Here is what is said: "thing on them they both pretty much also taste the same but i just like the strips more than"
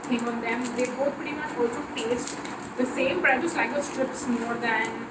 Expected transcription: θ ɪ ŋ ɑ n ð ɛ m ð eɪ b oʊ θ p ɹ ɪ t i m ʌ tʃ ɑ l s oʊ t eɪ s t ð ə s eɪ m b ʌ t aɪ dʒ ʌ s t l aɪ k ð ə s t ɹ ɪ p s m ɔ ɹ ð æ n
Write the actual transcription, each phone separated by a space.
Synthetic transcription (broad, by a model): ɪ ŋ ɑ n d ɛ m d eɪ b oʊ t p ɪ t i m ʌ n ɑ l s oʊ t eɪ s t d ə s eɪ m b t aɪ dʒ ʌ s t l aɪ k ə s t ɹ ɪ p s m ɔ ɹ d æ n